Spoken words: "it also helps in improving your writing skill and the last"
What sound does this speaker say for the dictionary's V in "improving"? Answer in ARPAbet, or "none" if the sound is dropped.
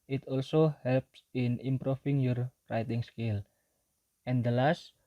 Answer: F